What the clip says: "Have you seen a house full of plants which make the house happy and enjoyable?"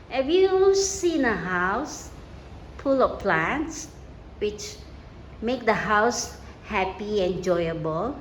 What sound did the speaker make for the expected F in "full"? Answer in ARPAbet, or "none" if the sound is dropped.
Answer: P